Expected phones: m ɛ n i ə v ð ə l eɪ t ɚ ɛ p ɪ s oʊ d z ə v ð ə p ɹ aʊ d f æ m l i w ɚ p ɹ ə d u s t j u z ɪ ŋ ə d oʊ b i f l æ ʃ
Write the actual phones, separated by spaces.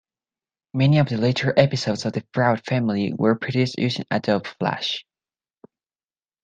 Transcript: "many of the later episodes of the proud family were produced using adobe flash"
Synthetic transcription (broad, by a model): m ɛ n i ə v ð ə l eɪ t ɚ ɛ p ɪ s oʊ d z ə v ð ə f ɹ aʊ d f æ m l i w ɚ p ɹ ə d u s t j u s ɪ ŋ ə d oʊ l f l æ ʃ